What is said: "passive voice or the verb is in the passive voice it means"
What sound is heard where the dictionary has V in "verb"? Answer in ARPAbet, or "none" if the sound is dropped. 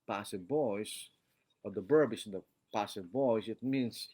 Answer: B